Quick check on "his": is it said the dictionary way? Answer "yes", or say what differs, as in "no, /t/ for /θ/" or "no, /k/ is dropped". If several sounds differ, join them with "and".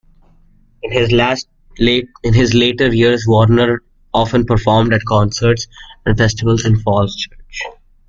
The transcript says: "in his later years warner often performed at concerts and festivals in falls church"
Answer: yes